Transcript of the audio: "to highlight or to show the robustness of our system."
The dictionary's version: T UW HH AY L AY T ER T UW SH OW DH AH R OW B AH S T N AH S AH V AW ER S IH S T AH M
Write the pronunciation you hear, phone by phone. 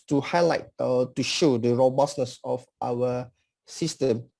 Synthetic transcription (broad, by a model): T UW HH AY L AY T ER T UW SH OW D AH R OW B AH S N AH S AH F AW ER S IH S T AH M